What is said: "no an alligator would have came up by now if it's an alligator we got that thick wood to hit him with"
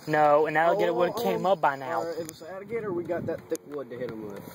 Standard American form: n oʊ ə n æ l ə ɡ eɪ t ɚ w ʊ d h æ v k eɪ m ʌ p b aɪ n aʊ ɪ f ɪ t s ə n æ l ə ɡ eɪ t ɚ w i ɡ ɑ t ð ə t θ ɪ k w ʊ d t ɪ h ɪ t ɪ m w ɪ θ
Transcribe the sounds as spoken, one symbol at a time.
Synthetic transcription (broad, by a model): n oʊ ə n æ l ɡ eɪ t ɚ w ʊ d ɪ k eɪ m ʌ p b aɪ n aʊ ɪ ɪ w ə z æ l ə ɡ eɪ t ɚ w i ɡ ɑ t ð ə t θ ɪ k w ʊ d t ɪ h ɪ t ɪ m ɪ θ